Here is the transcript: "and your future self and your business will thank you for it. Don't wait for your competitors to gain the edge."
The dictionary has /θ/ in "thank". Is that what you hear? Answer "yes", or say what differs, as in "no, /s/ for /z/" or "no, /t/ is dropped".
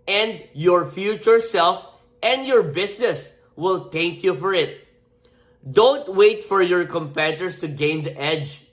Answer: no, /t/ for /θ/